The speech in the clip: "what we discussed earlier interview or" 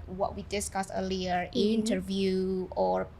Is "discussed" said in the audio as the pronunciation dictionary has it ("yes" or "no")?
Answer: no